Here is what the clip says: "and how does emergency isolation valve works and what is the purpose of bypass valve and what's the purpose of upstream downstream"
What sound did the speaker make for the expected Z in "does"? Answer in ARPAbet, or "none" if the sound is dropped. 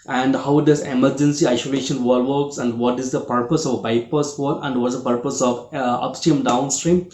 S